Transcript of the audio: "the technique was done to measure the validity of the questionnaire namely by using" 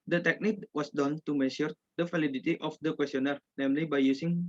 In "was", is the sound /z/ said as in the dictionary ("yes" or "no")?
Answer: no